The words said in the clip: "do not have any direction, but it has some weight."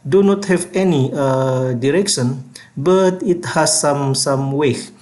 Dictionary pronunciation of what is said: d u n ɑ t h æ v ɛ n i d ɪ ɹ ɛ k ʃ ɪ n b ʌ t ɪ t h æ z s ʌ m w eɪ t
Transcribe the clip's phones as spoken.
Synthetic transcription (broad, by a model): d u n ɑ t h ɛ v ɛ n i d ɪ ɹ ɛ k ʃ ɪ n b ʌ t ɪ t h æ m s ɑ m w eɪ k